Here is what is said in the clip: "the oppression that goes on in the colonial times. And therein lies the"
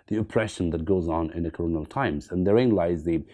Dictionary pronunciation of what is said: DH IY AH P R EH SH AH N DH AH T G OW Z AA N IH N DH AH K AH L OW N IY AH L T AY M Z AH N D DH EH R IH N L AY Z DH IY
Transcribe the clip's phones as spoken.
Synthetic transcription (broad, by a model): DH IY AH P R EH SH AH N DH AH T G OW Z N IH N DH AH K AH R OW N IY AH L T AY M Z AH N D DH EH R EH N L AY Z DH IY